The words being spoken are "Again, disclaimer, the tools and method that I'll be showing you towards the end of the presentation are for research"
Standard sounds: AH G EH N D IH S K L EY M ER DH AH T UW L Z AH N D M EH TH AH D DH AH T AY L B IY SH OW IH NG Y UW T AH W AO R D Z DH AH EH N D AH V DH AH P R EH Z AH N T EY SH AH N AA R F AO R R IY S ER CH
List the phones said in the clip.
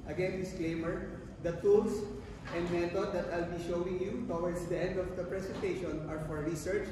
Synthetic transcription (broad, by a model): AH G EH N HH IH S K L EY M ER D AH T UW L S AH N D M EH T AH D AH T AY L B IY SH OW IH NG Y UW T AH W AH R D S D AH EH N D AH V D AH P R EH S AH N T EY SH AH N AA R F AO R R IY S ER CH